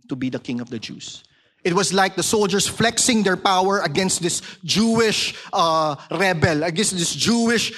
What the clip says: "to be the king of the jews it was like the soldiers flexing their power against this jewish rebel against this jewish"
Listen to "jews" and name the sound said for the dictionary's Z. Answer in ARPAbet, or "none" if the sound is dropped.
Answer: S